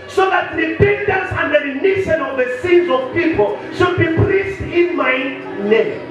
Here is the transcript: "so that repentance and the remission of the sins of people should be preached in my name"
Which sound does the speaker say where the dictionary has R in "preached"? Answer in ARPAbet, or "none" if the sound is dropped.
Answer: L